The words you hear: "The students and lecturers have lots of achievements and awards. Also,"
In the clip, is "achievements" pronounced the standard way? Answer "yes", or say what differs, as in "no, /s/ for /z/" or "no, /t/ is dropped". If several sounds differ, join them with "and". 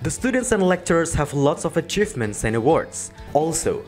yes